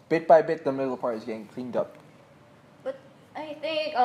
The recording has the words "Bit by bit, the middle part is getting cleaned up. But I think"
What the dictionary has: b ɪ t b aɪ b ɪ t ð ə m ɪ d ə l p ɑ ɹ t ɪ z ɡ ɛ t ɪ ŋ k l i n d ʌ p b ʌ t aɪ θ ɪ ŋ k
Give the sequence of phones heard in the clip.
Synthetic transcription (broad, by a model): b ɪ t b aɪ b ɪ t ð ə m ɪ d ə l p ɑ ɹ t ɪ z ɡ ɛ t ɪ ŋ k l i n d ʌ p b ʌ t aɪ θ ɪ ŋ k